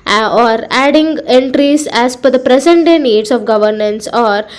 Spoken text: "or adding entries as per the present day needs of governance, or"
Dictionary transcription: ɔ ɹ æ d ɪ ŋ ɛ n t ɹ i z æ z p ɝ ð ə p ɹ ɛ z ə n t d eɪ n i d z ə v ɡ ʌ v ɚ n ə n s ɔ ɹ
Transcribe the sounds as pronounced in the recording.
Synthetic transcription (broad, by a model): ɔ ɹ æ d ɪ ŋ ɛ n t ɹ i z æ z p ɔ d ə p ɹ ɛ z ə n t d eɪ n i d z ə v ɡ ʌ v ɚ n ə n s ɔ ɹ